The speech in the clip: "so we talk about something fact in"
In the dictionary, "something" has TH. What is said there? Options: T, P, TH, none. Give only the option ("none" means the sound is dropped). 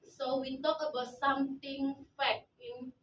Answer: T